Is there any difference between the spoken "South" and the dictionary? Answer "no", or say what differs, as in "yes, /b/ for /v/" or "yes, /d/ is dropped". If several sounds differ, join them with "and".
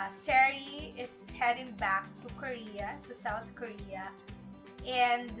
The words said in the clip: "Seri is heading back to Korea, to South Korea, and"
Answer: yes, /t/ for /θ/